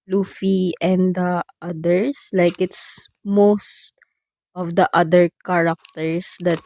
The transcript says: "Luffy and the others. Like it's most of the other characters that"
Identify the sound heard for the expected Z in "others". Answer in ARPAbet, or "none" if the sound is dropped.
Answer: S